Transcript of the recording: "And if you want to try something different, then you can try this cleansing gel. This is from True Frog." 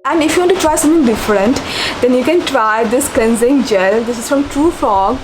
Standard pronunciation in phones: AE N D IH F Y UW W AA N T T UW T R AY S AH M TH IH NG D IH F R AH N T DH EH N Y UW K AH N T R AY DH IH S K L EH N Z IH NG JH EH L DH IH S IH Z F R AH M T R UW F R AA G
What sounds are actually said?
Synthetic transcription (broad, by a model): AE N D IH F Y UW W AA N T T UW T R AY S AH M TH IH NG D IH F R AH N T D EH N Y UW K AH N T R AY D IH S K L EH N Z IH NG JH EH L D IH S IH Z F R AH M T R UW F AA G